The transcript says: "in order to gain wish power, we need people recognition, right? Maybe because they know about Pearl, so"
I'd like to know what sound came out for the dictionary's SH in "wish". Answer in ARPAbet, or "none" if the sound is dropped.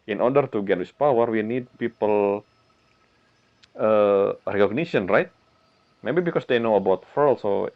S